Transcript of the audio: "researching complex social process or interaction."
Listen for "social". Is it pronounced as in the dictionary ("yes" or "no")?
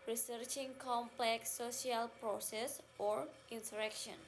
no